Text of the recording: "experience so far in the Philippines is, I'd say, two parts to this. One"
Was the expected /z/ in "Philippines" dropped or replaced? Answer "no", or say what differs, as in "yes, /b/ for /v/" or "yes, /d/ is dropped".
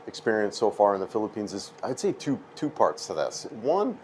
no